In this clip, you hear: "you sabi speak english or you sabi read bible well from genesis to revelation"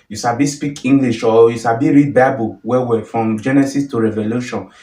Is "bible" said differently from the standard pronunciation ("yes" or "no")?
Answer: yes